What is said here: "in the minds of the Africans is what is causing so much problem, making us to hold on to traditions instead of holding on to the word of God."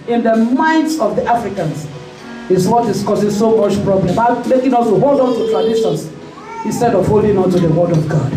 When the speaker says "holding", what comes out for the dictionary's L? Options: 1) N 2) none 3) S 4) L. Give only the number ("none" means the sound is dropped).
4